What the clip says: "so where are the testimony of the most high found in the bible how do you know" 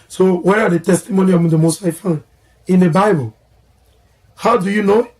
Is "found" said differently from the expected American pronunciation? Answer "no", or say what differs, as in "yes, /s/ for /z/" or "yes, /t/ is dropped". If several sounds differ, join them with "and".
yes, /d/ is dropped